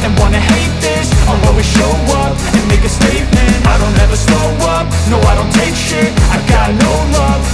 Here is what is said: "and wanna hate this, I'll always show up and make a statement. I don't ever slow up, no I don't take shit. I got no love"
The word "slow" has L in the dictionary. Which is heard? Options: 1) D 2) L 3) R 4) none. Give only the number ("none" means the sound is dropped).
4